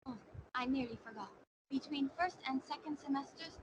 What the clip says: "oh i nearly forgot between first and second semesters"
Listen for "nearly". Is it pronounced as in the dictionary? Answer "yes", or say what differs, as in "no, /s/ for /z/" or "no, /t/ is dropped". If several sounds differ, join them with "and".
yes